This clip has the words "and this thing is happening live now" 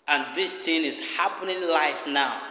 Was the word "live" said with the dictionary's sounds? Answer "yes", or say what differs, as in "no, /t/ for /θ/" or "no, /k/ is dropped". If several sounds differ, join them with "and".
no, /f/ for /v/